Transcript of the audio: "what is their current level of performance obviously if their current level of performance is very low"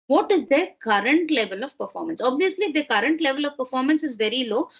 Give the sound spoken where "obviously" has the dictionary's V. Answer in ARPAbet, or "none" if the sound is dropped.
V